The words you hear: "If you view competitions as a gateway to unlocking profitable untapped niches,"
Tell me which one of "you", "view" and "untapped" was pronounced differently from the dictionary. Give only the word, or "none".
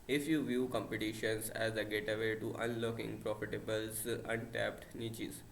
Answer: none